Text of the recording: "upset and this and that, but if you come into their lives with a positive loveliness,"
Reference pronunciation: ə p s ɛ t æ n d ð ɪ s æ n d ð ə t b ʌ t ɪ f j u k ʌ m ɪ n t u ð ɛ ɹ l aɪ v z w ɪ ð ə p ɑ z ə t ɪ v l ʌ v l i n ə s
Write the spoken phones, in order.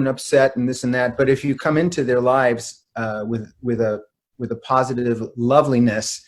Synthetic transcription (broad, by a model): ə p s ɛ t n ð ɪ s n ð ə t b ʌ t ɪ f j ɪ k ʌ m ɪ n t u ð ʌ ɹ l aɪ v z w ɪ ð ə p ɑ z ə t ɪ v l ʌ v l i n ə s